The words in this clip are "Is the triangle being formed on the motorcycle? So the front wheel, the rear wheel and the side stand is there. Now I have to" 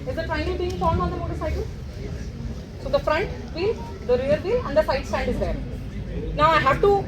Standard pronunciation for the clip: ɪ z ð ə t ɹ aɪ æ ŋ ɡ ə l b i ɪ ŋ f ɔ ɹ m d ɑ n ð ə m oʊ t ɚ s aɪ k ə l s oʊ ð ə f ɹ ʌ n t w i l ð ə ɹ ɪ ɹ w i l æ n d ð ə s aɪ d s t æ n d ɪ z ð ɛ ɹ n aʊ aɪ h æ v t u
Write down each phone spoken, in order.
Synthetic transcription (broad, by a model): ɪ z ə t ɹ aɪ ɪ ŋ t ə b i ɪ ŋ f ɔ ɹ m ɑ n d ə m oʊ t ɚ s aɪ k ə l s oʊ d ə f ɹ ʌ n t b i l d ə ɹ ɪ ɹ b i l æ n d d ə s aɪ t s t æ n d ɪ z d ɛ ɹ n aʊ aɪ h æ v t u